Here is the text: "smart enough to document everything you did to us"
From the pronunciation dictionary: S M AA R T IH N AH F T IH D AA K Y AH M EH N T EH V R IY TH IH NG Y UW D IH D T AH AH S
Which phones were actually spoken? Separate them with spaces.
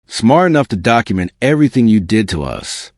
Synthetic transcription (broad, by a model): S M AA R T IH N AH F T IH D AA K Y AH M EH N T EH V R IY TH IH NG Y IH D IH D T AH AH S